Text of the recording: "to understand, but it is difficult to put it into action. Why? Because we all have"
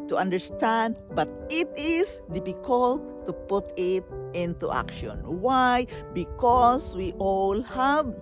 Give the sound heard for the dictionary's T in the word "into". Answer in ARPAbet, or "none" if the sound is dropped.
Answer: T